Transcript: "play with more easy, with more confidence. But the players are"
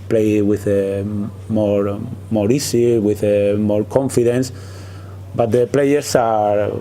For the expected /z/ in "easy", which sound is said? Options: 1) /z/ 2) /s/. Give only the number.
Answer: 2